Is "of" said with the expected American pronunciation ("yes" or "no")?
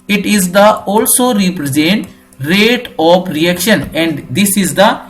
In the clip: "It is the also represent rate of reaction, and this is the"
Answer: no